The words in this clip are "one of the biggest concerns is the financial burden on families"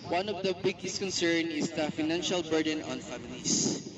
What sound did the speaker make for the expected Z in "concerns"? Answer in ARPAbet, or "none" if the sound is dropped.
none